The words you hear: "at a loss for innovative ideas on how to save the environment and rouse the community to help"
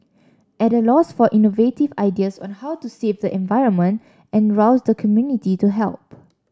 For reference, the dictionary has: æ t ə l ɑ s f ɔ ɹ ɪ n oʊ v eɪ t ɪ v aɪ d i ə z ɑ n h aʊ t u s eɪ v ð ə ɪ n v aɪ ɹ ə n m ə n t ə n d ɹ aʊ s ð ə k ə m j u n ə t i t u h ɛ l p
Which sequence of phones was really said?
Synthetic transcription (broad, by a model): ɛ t ə l ɑ s f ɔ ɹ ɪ n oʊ v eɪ t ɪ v aɪ d i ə s ɑ n h aʊ t u s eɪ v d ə ɪ n v aɪ ɹ ə n m ə n t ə n ɹ aʊ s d ə k ə m j u n ə t i t u h ɛ l p